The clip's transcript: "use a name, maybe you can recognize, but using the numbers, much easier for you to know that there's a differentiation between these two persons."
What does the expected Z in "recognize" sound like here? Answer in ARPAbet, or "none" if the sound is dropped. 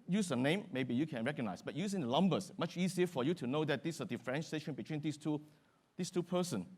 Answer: S